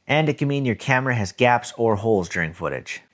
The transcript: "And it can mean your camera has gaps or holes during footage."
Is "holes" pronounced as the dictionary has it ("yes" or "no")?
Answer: yes